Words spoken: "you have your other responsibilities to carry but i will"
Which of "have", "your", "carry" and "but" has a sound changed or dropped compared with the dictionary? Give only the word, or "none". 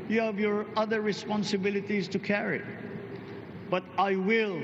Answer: none